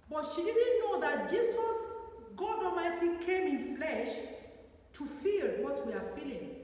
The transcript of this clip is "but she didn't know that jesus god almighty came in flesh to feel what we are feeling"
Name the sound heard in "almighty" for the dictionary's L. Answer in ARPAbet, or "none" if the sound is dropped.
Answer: none